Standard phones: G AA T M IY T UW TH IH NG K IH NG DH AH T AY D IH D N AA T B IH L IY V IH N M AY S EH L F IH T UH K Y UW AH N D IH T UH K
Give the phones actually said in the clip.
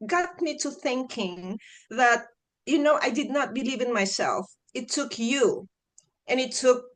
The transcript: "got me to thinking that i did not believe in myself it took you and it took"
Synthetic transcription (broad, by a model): G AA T M IY T UW TH IH NG K IH NG DH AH T AY D IH D N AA T B IH L IY V IH N M AY S EH L F IH T UH K Y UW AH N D IH T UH K